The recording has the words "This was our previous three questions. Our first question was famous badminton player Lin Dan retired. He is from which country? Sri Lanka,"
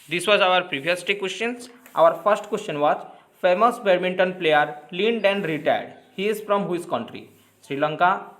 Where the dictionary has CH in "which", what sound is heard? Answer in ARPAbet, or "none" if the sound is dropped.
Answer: S